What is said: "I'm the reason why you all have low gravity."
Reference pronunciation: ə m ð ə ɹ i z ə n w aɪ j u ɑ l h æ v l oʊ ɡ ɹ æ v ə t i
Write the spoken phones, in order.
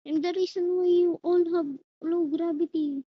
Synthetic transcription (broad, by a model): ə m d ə ɹ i s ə n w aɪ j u ɑ l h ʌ b l oʊ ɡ ɹ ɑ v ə t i